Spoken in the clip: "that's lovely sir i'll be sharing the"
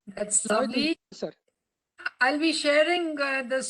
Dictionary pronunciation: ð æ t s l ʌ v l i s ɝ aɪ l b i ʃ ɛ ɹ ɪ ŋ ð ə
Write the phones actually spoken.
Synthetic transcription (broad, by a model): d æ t s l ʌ l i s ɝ aɪ l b i ʃ ɛ ɹ ɪ ŋ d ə